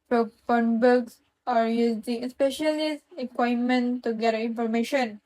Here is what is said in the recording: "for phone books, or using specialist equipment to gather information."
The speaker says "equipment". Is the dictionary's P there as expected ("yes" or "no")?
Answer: no